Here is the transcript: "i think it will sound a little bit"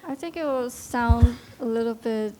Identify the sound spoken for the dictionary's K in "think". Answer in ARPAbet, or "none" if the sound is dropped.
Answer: K